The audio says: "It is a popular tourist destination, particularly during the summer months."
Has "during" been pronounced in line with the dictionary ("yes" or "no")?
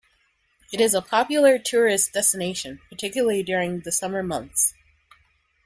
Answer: yes